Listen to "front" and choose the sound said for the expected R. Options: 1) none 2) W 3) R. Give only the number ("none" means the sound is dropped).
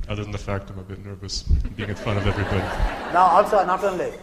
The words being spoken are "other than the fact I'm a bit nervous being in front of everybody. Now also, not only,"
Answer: 1